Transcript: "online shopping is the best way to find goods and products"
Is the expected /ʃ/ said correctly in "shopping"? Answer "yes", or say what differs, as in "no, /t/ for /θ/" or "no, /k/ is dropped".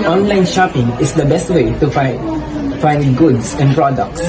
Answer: yes